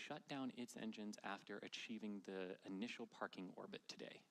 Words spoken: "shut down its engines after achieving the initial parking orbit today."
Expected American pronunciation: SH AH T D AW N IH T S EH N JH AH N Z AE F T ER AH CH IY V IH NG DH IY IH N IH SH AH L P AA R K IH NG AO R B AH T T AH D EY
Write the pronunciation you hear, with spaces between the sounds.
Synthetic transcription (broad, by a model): SH AH T D AW N IH T S EH N JH AH N Z AE F T ER AH CH IY V IH NG DH IY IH N IH SH L P AA R K IH NG AO R B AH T T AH D EY